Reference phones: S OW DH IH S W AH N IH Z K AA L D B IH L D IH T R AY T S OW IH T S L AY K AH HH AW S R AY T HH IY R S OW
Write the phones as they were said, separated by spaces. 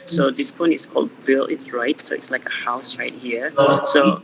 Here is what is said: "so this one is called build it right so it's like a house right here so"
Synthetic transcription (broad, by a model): S OW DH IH S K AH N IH S K AA L D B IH L IH T R AY T S OW IH T S L AY K AH HH AW S R AY T HH IY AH S OW